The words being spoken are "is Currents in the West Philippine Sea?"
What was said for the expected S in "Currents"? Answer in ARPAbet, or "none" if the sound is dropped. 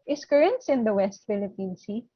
S